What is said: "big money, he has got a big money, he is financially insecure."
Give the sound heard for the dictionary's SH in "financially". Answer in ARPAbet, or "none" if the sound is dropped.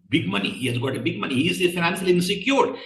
S